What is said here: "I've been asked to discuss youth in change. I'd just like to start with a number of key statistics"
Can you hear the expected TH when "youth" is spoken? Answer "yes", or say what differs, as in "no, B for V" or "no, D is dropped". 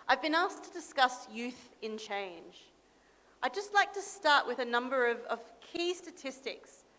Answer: yes